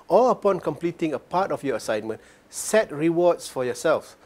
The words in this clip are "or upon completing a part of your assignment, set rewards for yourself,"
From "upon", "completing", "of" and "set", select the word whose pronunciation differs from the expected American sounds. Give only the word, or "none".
of